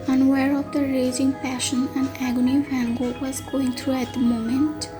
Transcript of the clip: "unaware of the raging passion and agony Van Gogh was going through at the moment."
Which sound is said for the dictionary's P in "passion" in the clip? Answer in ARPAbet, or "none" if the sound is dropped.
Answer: P